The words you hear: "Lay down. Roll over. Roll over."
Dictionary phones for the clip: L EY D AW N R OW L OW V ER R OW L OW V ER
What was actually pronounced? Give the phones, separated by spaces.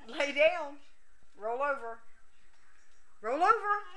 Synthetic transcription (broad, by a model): L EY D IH L R OW L OW V ER R OW L OW V ER